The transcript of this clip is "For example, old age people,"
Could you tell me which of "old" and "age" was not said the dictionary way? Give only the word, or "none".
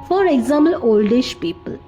age